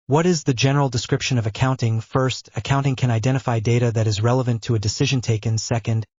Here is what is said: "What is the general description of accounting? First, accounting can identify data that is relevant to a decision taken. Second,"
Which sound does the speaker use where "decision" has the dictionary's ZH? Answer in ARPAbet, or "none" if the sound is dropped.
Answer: ZH